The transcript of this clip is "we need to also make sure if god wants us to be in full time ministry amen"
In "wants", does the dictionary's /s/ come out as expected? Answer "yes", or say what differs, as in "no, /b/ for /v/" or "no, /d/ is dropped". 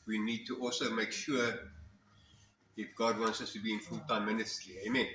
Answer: yes